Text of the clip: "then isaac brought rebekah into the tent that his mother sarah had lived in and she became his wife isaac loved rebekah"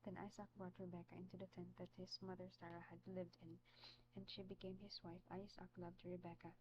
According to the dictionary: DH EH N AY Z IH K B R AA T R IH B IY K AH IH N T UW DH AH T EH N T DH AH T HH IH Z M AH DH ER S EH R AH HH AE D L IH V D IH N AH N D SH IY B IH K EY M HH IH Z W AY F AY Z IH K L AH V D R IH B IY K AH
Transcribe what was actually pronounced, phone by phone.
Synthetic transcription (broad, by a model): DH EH N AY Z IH K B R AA T R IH B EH K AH IH N T UW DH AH T EH N T DH AH T HH IH Z M AH DH ER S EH R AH HH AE D L IH V D IH N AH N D SH IY B IH K EY M HH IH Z W AY F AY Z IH K L AH V D R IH B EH K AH